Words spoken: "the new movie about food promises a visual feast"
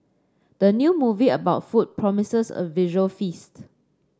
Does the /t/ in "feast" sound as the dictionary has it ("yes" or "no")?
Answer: yes